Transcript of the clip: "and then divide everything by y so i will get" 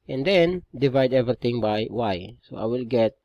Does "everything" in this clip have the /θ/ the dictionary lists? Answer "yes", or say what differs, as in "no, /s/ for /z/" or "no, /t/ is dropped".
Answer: no, /t/ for /θ/